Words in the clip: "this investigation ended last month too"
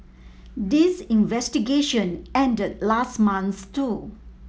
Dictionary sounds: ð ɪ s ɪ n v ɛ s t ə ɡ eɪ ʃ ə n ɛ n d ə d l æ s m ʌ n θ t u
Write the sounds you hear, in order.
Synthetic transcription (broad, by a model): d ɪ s ɪ n v ɛ s t ə ɡ eɪ ʃ ə n ɛ n d ə d l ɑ s m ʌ n s t u